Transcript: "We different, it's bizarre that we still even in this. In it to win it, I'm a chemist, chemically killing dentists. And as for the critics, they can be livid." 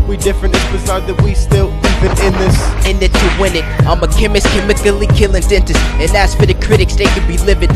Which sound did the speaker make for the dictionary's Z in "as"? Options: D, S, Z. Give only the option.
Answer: S